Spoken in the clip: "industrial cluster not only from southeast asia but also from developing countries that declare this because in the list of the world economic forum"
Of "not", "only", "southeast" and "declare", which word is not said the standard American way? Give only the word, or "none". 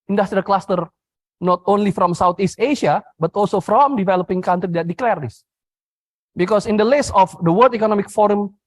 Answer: southeast